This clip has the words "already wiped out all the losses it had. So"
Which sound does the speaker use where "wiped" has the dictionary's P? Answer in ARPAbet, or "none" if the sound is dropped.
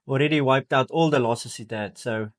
P